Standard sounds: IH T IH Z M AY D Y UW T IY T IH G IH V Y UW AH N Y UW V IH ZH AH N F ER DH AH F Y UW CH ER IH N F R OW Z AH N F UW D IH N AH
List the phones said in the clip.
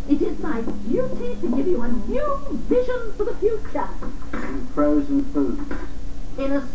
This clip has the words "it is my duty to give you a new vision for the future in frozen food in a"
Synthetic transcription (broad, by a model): IH T IH Z M AY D Y UW T IY T IH G IH V Y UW AH N Y UW V IH ZH AH N F ER DH AH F Y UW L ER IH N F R OW Z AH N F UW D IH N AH